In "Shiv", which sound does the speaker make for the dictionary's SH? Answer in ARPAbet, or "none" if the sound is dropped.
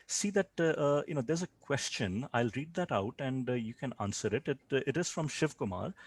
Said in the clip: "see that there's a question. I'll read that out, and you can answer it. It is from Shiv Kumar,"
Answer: SH